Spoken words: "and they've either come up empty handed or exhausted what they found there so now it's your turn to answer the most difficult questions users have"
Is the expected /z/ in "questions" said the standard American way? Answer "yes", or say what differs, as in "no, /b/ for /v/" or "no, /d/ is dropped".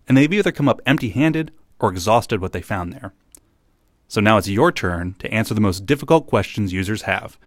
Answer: yes